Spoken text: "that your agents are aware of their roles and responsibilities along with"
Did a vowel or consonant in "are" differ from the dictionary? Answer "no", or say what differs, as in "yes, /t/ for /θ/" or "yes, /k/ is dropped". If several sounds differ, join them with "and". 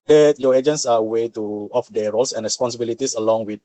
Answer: yes, /w/ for /ɹ/